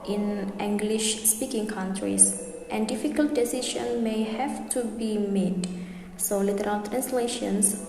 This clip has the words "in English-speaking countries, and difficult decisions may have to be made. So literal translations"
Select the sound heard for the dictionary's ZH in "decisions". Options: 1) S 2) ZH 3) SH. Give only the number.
3